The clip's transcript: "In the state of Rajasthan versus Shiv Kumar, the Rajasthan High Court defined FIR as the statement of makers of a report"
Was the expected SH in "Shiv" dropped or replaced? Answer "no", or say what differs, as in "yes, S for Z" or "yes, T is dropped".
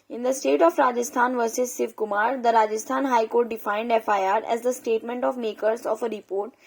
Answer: yes, S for SH